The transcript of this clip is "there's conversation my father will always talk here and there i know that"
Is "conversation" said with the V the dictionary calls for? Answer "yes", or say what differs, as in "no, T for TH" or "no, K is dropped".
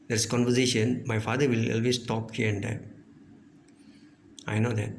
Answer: yes